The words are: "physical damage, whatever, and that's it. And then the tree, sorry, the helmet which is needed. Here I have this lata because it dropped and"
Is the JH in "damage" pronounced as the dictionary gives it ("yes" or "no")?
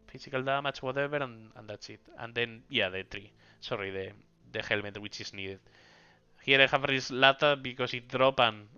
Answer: no